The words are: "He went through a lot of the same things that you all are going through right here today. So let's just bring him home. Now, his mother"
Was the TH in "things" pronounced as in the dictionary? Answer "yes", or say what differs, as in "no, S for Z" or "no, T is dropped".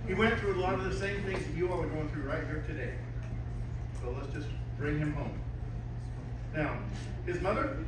yes